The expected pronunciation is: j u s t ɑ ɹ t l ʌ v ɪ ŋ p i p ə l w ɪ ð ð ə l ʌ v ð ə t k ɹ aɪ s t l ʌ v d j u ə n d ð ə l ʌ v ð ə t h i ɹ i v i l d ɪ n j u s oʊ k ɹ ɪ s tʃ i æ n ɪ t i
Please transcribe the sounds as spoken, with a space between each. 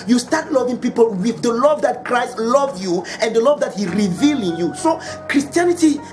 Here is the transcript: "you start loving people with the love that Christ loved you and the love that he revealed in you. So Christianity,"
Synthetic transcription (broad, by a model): j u s t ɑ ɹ t l ʌ v ɪ ŋ p i p ə l w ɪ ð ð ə l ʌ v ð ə t k ɹ aɪ s t l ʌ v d j u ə n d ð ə l ʌ v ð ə t h i ɹ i v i l ɪ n j u s oʊ k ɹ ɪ s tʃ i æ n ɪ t i